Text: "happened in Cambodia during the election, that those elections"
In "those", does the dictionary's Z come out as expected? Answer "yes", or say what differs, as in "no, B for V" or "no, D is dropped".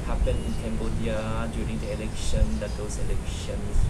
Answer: no, S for Z